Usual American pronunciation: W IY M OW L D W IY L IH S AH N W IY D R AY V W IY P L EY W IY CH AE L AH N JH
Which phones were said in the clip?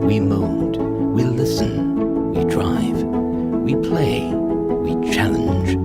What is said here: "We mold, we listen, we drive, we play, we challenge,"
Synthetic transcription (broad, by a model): W IY M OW N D W IY L IH S AH N W IY D R AY V W IY P L EY W IY CH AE L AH N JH